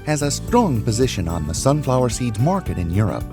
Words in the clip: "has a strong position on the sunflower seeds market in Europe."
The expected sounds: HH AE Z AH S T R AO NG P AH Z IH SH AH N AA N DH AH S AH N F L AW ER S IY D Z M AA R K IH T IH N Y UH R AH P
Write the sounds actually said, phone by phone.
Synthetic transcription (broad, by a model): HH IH Z AH S T R AO NG P AH Z IH SH AH N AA N DH AH S AH N F L AW ER S IY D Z M AA R K IH T IH N Y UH R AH P